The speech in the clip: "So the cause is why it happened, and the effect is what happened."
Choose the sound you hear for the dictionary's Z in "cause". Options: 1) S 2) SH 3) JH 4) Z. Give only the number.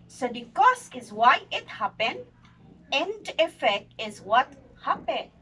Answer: 1